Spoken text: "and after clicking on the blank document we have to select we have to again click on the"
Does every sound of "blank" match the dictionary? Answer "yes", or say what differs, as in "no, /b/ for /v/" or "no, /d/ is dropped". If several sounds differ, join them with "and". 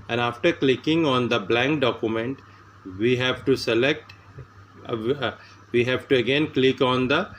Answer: yes